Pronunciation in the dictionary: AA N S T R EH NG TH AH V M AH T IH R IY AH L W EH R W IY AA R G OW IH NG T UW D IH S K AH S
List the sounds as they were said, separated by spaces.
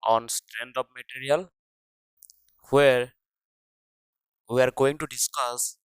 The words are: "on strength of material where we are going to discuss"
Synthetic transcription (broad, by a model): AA N S T R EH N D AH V M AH T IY R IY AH L W EH R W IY AA R G OW IH NG T UW D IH S K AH S